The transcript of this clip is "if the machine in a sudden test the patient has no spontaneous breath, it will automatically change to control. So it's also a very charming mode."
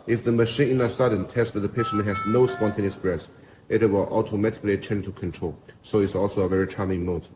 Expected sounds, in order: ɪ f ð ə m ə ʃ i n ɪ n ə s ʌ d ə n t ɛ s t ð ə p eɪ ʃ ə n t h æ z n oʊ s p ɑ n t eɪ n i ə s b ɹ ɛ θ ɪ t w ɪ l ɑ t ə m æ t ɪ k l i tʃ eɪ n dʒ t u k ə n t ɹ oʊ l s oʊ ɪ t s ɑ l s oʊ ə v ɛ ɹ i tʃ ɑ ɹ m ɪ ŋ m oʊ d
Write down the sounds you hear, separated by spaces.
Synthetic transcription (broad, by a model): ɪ f ð ə m ə ʃ i n ɪ n ə s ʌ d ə n t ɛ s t ð ə p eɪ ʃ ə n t h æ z n oʊ s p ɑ n t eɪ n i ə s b ɹ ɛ s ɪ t w ɪ l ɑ t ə m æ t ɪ k l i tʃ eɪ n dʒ t u k ə n t ɹ oʊ l s oʊ ɪ t s ɑ l s oʊ ə v ɛ ɹ i tʃ ɑ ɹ m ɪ ŋ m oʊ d